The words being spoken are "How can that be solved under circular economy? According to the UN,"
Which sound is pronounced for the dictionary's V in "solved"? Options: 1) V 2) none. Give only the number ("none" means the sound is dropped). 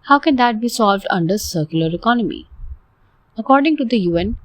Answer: 1